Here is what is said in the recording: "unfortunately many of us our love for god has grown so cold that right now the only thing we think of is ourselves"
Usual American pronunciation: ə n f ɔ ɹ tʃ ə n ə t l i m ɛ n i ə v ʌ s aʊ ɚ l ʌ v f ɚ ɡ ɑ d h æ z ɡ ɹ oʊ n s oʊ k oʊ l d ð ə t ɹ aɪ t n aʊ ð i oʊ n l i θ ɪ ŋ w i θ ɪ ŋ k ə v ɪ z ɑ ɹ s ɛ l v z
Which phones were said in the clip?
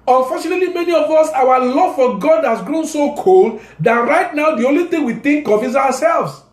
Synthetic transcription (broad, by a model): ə n f ɔ tʃ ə n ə t l i m ɛ n i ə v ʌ s aʊ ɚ l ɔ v f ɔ ɡ ɑ d h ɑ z ɡ ɹ oʊ n s oʊ k oʊ l d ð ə t ɹ aɪ t n aʊ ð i oʊ n l i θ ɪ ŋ w i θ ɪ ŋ k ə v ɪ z ɑ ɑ s ɛ l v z